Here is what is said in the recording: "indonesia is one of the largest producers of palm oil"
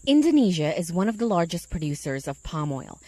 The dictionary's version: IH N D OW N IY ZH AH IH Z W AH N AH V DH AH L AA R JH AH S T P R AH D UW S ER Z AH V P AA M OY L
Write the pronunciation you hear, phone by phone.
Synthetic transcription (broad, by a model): IH N D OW N IY ZH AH IH Z W AH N AH V DH AH L AA R JH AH S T P R AH D UW S ER Z AH V P AA M OY L